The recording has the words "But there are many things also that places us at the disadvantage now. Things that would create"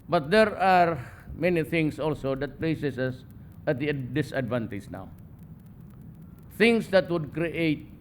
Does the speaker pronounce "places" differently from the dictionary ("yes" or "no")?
yes